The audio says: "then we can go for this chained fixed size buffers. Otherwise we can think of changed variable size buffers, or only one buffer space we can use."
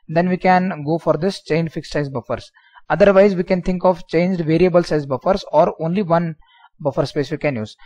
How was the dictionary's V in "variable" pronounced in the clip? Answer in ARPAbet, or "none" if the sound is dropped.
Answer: V